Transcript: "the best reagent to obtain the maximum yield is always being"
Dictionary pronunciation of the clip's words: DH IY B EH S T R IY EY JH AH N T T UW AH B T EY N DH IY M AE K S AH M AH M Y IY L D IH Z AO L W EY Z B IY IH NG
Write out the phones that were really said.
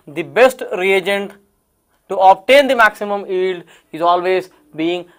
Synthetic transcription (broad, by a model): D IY B EH S T R IY EY JH AH N T T UW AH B T EY N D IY M AE K S AH M AH M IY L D IH Z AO L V EY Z B IY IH NG